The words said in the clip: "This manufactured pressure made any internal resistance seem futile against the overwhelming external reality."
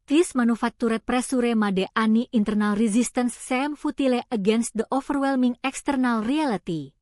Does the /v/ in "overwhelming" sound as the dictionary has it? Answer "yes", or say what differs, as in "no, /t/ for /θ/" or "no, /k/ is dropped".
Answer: no, /f/ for /v/